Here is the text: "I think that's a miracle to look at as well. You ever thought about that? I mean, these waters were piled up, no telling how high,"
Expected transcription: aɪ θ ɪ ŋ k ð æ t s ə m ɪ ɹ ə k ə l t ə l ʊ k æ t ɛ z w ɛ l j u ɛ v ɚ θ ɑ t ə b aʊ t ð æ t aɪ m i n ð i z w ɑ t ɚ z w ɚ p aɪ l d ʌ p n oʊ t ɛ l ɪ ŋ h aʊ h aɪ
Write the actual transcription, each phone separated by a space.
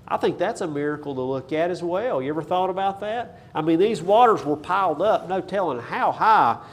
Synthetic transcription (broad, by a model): aɪ θ ɪ ŋ k ð æ t s ə m ɪ ɹ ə k l t ə l ʊ k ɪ t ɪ z w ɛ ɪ j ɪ ɛ v ɚ θ ɑ t ə b aʊ t ð æ t aɪ m i n ð i z w ɑ t ɚ z w ɚ p aɪ l d ʌ p n oʊ t ɛ l ɪ ŋ h aʊ h aɪ